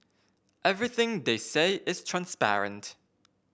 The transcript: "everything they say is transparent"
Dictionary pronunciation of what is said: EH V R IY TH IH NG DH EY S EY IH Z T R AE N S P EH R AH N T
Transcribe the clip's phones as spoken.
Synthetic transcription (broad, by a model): EH V R IY TH IH NG DH EY S EY IH Z T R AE N S P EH R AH N T